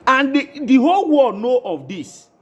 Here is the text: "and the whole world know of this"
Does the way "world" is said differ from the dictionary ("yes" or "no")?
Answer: yes